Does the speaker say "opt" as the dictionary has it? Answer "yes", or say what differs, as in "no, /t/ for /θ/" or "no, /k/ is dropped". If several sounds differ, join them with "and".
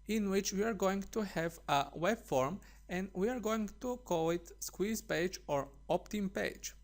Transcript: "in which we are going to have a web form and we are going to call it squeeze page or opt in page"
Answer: yes